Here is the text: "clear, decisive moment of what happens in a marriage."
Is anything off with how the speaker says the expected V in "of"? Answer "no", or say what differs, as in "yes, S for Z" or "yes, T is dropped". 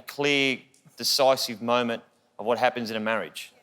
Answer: no